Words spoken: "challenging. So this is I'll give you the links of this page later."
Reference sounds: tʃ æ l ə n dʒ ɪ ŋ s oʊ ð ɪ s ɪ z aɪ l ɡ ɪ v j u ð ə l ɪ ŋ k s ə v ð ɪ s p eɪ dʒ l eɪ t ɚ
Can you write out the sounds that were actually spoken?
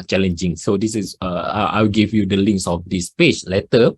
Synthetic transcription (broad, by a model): tʃ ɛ l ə n dʒ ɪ ŋ s oʊ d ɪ s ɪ s aɪ w ɡ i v j u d ə l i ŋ k s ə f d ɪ s p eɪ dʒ l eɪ t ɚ